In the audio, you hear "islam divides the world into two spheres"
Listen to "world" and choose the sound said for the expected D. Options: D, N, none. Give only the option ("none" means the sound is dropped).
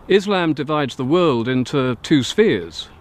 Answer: D